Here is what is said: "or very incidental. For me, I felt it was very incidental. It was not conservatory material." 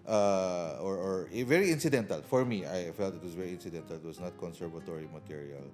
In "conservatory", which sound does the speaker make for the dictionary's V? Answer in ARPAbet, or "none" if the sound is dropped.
V